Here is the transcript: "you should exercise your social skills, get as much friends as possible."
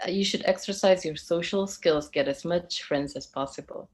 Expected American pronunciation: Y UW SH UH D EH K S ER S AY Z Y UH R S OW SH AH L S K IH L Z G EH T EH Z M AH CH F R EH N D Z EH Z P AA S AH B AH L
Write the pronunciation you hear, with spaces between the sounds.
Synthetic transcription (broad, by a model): Y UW SH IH D EH K S ER S AY Z Y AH R S OW SH L S K IH L Z G EH T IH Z M AH CH F R EH N D Z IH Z P AA S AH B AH L